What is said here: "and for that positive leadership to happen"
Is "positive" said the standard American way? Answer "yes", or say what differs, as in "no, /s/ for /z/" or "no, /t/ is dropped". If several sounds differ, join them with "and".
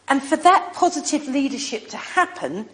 yes